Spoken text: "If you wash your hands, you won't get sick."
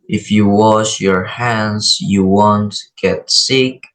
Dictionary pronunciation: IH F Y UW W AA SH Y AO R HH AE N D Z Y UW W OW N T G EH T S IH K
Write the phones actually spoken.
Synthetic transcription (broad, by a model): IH F Y UW W AA SH Y AO R HH AE N D Z Y UW W OW N T G EH T S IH K